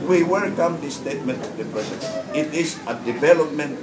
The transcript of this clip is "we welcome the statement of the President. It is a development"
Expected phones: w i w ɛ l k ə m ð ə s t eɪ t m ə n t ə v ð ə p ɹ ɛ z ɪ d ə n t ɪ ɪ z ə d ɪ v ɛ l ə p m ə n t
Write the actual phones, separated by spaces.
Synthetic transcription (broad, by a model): w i w ɛ l k ə m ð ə s t eɪ t m ə n t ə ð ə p ɹ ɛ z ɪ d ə t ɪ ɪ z ə d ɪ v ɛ l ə p m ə n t